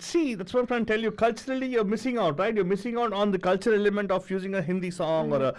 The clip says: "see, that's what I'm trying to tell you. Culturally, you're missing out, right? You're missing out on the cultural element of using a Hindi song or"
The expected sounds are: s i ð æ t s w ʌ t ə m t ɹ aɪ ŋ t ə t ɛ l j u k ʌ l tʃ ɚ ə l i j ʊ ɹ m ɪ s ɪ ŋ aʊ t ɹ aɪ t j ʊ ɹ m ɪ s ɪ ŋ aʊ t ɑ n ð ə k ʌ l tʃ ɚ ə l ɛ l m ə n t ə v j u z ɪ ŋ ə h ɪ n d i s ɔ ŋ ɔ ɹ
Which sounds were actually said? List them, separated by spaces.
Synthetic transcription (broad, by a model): s i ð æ t s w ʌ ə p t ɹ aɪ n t t ɛ l j u k ʌ l tʃ ɚ ə l i j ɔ ɹ m ɪ s ɪ ŋ aʊ t ɹ aɪ t j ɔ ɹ m ɪ s ɪ ŋ aʊ t ɑ n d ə k ʌ l tʃ ɚ ə l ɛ m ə n t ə f j u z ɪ ŋ ə h ɪ n d i s ɔ ŋ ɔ ɹ